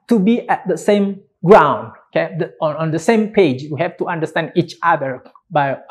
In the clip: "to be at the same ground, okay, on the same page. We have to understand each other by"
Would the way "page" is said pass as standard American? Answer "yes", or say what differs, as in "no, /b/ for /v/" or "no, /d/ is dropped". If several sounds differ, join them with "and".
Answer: yes